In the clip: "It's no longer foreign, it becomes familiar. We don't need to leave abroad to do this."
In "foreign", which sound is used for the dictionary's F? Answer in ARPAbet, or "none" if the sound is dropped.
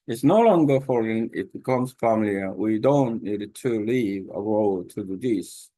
F